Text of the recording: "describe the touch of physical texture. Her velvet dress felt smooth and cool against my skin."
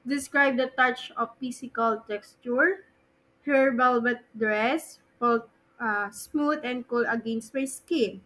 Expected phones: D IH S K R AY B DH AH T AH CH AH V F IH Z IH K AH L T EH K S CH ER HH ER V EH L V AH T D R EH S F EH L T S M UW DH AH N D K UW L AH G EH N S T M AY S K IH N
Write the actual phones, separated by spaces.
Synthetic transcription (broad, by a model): D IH S K R AY B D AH T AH CH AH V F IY S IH K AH L T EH K S CH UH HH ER B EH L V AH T D R EH S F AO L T S M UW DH AH N D K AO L AH G EH N S T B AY S K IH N